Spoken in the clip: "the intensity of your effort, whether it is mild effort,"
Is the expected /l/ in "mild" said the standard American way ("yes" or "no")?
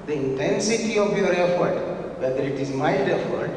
no